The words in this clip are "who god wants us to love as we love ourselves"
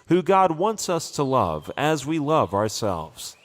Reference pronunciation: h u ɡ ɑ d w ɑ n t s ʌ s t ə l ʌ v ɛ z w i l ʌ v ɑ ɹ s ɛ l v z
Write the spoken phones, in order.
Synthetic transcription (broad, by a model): h u ɡ ɑ d w ɑ n t s ʌ s t ə l ʌ v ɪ z w i l ʌ v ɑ ɹ s ɛ l v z